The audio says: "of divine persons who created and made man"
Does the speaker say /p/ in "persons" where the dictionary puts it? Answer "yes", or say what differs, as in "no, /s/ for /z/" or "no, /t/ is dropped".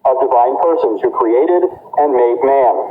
yes